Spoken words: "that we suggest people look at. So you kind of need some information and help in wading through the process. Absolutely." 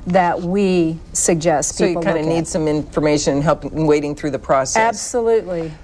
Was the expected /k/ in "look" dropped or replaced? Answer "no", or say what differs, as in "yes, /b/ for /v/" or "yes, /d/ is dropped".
yes, /k/ is dropped